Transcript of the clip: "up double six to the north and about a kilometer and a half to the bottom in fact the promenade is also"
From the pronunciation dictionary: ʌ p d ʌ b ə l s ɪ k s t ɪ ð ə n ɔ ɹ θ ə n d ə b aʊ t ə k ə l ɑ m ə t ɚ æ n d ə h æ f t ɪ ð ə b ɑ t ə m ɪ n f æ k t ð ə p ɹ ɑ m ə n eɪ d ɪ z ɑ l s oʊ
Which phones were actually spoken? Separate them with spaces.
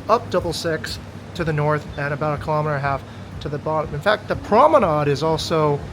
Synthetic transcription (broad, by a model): ʌ p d ʌ b l s ɪ k s t ɪ ð ə n ɔ ɹ θ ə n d ə b aʊ t ə k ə l ɑ m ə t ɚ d ə h æ f t ɪ ð ə b ɑ t ə m ɪ n f æ k t ð ə p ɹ ɑ m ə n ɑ d ɪ z ɑ l s oʊ